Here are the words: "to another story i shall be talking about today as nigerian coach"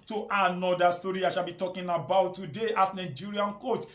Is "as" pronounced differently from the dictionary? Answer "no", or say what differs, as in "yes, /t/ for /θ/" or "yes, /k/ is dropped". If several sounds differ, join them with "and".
yes, /s/ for /z/